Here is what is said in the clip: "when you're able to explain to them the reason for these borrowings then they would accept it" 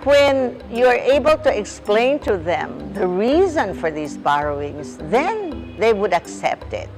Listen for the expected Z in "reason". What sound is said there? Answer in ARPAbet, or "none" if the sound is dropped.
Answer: Z